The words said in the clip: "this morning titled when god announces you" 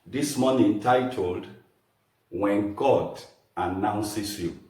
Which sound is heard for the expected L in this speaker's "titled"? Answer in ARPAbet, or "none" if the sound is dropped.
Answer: L